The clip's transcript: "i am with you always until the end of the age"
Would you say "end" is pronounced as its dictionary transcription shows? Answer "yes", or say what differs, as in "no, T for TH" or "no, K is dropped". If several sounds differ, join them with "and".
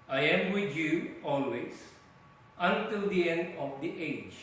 yes